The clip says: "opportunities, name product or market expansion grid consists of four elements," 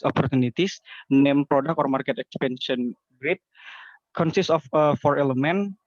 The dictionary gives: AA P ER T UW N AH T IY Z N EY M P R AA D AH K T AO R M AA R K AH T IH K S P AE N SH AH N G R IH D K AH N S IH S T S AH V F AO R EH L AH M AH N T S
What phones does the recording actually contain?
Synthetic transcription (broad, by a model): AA P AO T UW N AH T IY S N EY M P R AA D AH K AO R M AA R K AH T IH K S P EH N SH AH N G R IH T K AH N S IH S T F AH F AO R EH L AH M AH N